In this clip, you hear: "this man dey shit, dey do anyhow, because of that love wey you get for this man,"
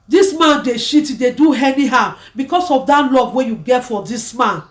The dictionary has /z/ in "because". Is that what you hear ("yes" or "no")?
no